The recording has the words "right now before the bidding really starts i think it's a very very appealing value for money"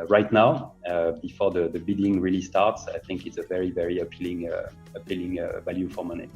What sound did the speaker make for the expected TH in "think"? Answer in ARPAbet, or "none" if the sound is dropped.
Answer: TH